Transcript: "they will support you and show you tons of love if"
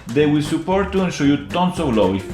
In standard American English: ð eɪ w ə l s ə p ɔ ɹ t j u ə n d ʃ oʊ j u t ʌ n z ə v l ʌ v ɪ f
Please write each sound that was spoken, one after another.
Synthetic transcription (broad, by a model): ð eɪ w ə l s ə p ɔ ɹ t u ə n ʃ oʊ j u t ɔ n s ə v l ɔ w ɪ